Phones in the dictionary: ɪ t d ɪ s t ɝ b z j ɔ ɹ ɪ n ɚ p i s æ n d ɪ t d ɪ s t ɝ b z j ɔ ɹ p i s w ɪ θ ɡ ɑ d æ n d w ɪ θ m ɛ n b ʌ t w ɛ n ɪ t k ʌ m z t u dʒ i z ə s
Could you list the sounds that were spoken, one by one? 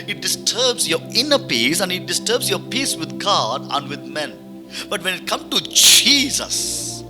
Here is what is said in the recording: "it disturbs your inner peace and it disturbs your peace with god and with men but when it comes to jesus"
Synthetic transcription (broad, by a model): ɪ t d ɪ s t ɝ b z j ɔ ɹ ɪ n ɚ p i s æ n d ɪ t d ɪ s t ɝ b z j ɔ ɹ p i s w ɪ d ɡ ɑ d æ n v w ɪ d m ɛ n b ʌ t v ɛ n ɪ t k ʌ m t u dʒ i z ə s